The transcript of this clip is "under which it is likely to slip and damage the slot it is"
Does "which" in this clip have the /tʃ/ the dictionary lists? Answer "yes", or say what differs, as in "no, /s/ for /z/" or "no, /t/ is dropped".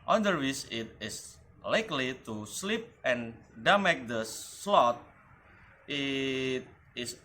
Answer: no, /s/ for /tʃ/